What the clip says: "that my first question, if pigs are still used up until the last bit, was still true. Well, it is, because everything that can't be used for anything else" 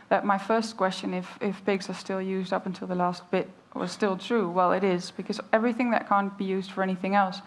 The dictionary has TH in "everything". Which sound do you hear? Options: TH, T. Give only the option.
TH